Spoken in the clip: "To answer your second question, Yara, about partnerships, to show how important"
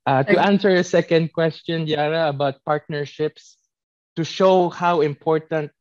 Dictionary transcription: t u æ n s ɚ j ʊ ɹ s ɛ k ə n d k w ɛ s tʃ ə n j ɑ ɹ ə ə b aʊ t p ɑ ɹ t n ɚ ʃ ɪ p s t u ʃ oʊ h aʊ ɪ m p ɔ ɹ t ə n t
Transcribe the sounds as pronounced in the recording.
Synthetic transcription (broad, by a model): t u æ n s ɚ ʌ s ɛ k ə n d k w ɛ s tʃ ə n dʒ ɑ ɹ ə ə b aʊ t p ɑ ɹ t n ɚ ʃ ɪ p s t u ʃ oʊ h aʊ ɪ m p ɔ ɹ t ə n t